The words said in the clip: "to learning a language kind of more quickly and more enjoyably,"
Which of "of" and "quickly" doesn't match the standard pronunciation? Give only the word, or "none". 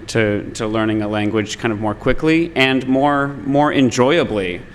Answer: none